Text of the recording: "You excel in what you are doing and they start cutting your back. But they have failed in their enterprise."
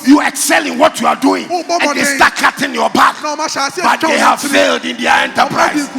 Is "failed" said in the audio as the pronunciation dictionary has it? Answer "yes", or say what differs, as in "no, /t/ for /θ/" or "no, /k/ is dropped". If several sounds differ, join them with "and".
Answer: yes